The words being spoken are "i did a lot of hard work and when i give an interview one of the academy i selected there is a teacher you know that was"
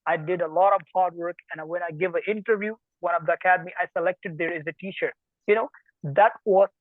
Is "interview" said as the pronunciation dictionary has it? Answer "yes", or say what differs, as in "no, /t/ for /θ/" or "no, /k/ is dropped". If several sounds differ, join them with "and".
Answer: yes